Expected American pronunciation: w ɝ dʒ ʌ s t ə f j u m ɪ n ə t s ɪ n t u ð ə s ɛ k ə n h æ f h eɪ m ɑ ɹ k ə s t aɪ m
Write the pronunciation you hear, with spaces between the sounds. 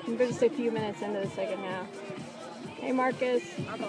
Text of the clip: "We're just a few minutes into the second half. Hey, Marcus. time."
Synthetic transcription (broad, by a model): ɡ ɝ dʒ ʌ s t ə f j u m ɪ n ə t s ɪ n t u ð ə s ɛ k ə n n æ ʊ h eɪ m ɑ ɹ k ə s